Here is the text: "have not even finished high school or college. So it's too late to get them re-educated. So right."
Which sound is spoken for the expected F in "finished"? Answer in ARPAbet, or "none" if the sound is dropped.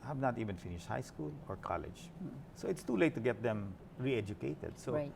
F